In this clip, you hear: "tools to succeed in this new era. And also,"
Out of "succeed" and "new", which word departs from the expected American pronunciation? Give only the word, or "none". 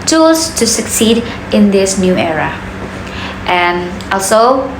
none